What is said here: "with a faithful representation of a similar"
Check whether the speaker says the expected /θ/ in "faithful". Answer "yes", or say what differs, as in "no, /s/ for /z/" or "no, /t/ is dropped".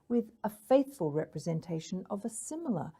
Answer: yes